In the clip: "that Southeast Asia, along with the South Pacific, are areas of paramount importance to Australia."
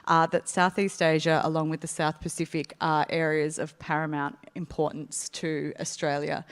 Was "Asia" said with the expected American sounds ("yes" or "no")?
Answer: yes